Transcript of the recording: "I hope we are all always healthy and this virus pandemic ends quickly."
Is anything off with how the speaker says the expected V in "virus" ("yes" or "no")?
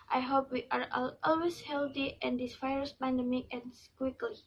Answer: yes